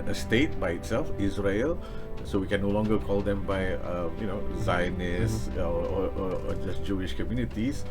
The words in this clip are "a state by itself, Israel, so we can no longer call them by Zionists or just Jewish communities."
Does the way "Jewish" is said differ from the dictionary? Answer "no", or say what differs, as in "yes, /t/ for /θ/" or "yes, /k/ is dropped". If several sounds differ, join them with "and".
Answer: no